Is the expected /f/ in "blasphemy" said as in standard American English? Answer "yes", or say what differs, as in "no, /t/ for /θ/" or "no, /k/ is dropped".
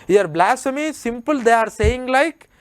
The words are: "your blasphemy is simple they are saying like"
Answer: no, /f/ is dropped